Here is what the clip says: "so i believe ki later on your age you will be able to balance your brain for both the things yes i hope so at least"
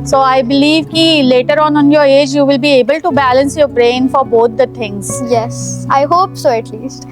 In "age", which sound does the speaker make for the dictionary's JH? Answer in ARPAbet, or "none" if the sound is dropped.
JH